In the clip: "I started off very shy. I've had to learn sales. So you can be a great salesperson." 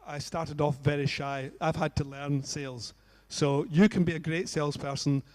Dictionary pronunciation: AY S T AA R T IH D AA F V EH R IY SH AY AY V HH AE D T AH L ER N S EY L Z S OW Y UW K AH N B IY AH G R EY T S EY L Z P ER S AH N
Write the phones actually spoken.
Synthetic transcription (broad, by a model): AY S T AA R T IH D AA F V EH R IY SH AY AY V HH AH D T AH L ER N S EY L Z S OW Y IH K AH N B IY AH G R EY T S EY L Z P ER S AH N